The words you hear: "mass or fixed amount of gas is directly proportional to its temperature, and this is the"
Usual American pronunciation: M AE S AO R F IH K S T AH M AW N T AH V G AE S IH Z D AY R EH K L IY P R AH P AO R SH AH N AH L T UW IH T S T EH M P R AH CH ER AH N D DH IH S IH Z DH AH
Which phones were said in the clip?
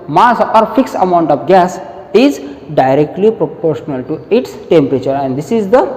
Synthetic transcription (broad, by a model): M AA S AO R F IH K S AH M AW N T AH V G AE S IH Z D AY R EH K L IY P R AH P AO R SH AH N AH L T UW IH T S T EH M P R AH CH ER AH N D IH S IH Z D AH